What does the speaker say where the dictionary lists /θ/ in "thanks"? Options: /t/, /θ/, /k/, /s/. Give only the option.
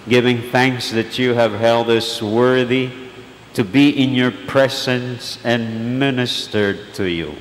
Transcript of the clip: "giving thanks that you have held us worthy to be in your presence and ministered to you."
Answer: /θ/